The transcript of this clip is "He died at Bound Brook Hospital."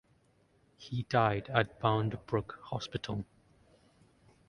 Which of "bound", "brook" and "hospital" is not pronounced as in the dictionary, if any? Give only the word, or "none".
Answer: none